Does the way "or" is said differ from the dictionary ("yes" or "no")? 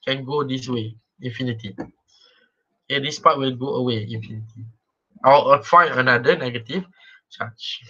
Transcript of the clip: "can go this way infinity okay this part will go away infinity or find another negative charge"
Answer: yes